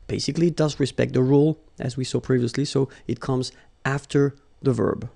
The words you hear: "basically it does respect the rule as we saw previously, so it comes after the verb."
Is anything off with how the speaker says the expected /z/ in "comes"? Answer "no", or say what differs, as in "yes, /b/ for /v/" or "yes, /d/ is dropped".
no